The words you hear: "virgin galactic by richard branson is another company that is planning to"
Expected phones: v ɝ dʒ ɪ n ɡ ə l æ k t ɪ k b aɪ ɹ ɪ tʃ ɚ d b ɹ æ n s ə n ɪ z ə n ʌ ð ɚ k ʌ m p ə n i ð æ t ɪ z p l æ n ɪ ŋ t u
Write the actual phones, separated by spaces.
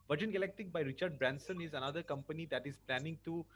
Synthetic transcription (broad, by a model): v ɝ dʒ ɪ n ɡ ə l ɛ k t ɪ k b aɪ ɹ ɪ tʃ ɚ d b ɹ æ n s ə n ɪ z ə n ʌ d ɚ k ʌ m p ə n i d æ t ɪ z p l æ n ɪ ŋ t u